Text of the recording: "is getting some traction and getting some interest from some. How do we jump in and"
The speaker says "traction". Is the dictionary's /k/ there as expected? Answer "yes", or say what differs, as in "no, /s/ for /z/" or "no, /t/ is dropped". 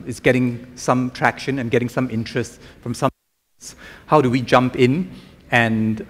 yes